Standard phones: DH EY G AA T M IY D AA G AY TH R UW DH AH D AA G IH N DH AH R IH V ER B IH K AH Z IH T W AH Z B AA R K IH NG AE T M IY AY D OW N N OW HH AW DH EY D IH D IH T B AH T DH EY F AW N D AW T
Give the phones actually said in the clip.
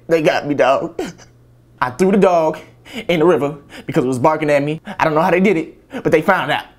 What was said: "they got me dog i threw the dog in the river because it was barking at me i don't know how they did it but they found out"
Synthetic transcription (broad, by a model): DH EY G AA T M IY D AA AY TH R UW DH AH D AA G IH N DH AH R IH V ER B IH K AH Z IH T W AH Z B AA R K IH NG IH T M IY AY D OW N N OW HH AW DH EY D IH D IH T B AH T DH EY F AW N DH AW T